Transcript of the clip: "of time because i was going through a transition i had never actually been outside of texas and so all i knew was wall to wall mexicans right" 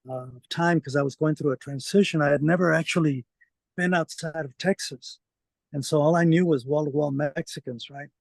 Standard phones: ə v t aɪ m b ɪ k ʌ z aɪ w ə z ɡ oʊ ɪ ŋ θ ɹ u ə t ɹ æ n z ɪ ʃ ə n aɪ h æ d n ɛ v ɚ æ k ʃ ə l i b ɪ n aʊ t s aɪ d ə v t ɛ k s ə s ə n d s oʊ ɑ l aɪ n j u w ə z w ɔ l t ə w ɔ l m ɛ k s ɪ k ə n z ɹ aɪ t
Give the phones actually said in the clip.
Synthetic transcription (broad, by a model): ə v t aɪ m k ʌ z aɪ w ə z ɡ oʊ ɪ ŋ θ ɹ u ə t ɹ æ n z ɪ ʃ ə n aɪ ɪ d n ɛ v ɚ æ k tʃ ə l i b ɪ n aʊ t s aɪ d ə v t ɛ k s ə s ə n s oʊ ɑ l aɪ n j u w ə z w ɔ l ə w ɔ l m ɛ k s ɪ k ə n z ɹ aɪ t